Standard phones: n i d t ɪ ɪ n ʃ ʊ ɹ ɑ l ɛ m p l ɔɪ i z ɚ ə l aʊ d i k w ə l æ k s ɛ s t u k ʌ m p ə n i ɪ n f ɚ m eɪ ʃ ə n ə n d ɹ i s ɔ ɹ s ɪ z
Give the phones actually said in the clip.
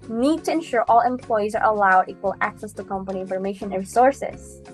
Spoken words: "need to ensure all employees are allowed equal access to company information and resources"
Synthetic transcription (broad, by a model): n i d t ɪ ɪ n ʃ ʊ ɹ ɑ l ɛ m p l ɔɪ i z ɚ ə l aʊ d i k w ə l æ k s ɛ s t u k ʌ m p ə n i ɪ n f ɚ m eɪ ə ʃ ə n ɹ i s ɔ ɹ s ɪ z